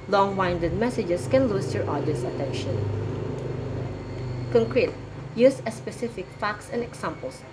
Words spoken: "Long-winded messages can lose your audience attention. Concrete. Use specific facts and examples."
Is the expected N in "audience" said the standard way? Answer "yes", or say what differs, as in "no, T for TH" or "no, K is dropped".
no, N is dropped